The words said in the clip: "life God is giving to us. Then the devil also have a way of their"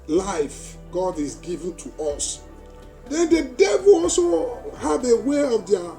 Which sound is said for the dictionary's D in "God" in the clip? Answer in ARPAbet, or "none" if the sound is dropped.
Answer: D